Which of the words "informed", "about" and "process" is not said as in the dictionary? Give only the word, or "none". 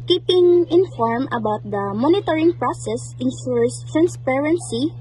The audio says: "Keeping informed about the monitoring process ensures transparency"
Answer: informed